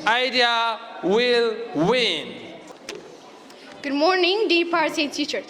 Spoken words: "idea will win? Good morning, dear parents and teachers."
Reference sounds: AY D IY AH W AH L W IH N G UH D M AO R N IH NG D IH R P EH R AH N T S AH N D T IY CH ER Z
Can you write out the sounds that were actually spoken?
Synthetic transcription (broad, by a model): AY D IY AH W AH L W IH N G UH D M AO R N IH NG D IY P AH T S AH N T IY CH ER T